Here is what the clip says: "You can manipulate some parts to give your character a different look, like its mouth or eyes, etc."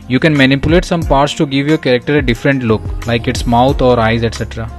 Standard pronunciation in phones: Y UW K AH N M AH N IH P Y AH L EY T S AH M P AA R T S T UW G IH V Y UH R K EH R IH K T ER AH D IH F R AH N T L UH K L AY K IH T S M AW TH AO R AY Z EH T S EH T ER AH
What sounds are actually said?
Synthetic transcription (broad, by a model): Y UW K AH N M AH N IH P Y AH L EY T S AH M P AA R T S T UW G IH V Y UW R K EH R IH K T ER AH D IH F R AH N T L UH K L AY K IH T S M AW T AO R AY Z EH T S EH T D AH